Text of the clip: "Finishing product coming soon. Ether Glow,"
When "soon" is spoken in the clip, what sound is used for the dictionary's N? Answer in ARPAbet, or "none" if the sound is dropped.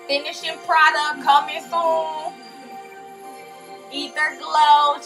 L